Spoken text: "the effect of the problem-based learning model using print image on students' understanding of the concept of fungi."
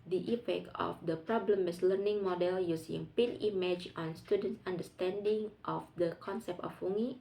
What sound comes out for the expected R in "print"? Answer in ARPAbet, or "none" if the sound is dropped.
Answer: none